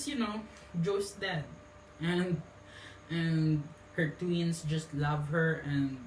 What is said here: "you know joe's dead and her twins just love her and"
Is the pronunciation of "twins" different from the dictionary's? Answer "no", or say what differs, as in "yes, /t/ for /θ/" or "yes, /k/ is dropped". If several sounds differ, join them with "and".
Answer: yes, /s/ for /z/